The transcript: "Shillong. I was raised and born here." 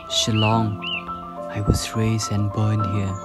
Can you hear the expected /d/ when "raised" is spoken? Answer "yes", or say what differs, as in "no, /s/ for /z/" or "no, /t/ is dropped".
no, /d/ is dropped